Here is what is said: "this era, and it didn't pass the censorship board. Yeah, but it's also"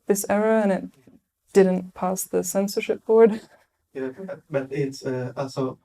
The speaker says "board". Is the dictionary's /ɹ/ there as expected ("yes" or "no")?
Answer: no